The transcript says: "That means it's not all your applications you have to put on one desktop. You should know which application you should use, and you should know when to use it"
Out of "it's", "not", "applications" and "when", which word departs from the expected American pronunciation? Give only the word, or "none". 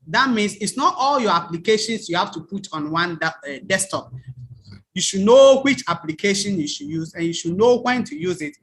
applications